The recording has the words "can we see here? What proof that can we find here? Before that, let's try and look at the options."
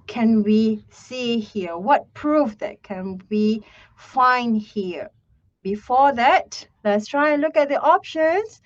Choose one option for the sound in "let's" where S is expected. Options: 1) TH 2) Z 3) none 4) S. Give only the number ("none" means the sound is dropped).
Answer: 4